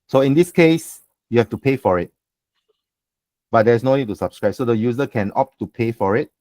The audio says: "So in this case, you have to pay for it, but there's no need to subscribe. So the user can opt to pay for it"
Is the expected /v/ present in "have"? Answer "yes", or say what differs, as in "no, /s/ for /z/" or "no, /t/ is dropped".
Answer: no, /f/ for /v/